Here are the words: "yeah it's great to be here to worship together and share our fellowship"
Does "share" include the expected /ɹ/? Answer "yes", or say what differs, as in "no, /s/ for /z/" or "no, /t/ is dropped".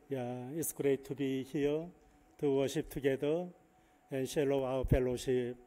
no, /l/ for /ɹ/